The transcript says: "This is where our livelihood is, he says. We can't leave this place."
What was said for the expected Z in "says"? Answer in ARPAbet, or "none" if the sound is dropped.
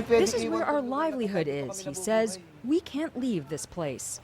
Z